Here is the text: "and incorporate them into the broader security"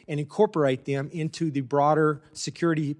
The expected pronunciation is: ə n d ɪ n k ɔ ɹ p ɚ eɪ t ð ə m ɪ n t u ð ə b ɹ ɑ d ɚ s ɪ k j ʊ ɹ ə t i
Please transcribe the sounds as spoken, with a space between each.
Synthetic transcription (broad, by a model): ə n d ɪ n k ɔ ɹ p ɚ eɪ t ð ə m ɪ n t u ð ə b ɹ ɑ d ɚ s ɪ k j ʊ ɹ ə t i